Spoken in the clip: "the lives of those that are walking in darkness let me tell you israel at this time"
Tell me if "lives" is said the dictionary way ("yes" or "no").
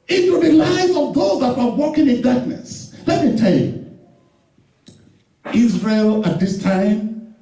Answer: no